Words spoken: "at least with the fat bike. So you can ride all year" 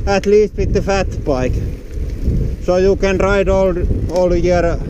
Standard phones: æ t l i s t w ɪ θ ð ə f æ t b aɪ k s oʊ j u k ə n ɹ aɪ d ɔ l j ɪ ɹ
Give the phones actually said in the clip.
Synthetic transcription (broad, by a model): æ t l i s t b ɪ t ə f æ t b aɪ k s oʊ j u k ə n ɹ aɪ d ɔ l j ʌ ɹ